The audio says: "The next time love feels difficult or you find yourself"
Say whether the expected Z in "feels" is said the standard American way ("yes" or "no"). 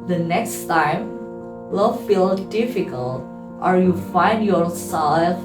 no